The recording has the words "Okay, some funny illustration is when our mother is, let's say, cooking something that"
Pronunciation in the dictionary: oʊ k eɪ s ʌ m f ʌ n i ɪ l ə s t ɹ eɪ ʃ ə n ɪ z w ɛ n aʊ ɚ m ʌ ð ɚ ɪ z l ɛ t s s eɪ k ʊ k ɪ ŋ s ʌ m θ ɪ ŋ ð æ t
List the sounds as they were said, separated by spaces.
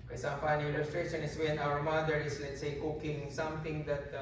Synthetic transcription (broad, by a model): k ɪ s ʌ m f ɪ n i ɪ l ə s t ɹ eɪ ʃ ə n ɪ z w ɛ n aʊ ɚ m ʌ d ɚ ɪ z l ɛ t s s eɪ k ʊ k ɪ ŋ s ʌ m t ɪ ŋ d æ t